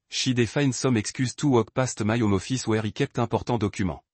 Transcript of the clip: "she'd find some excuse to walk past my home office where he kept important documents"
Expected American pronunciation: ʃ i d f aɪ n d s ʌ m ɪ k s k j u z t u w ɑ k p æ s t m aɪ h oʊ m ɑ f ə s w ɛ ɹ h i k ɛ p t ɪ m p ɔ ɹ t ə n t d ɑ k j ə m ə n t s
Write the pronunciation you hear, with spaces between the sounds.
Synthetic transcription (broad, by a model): ʃ i d f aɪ n s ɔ m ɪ k s k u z t u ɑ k p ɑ s t m aɪ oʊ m ɑ f ə s w ɛ ɹ i k ɛ p t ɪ p ɔ ɹ t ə d ɑ k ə m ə